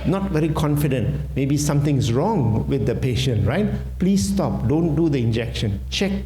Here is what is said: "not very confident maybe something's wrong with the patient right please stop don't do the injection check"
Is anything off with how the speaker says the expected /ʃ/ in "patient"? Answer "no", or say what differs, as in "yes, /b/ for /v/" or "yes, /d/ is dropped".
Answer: no